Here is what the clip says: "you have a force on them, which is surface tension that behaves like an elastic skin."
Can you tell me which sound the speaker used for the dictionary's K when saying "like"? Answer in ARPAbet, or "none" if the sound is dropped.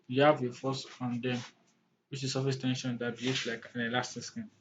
K